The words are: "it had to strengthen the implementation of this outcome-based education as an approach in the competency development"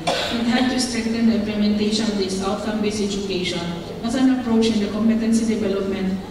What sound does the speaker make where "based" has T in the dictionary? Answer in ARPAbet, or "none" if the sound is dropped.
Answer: none